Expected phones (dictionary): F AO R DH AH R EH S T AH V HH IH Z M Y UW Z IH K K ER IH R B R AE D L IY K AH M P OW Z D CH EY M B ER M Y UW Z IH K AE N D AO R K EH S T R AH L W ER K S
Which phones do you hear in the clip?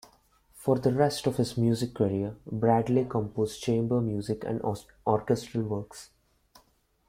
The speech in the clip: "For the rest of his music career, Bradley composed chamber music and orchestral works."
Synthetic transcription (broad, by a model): F AO R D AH R EH S T AH V HH IH Z M Y UW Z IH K K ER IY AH B R AE D L IY K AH M P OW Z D CH EY M B ER M Y UW Z IH K AE N D AO R K EH S T R AH L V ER K S